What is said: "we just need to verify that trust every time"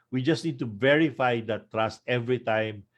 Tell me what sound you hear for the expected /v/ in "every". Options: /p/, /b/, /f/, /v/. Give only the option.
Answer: /v/